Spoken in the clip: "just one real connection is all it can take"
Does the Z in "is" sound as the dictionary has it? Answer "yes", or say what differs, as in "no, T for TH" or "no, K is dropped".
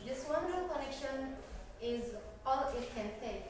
yes